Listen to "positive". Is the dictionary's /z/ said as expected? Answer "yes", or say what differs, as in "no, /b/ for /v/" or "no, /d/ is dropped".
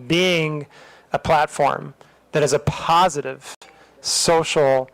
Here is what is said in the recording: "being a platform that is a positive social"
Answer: yes